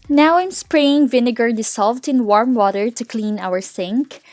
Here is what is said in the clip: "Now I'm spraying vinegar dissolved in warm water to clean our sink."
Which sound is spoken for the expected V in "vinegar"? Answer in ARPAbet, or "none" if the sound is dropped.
V